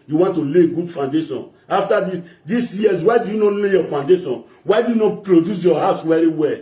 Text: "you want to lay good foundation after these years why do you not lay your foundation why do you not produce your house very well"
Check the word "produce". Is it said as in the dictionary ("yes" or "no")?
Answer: yes